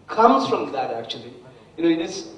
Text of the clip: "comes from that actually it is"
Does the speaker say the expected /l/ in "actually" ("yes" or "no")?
no